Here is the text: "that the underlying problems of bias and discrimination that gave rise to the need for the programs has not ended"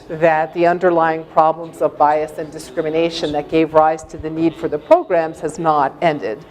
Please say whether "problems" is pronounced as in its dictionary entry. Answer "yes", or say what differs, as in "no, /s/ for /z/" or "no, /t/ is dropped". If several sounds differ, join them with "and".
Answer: yes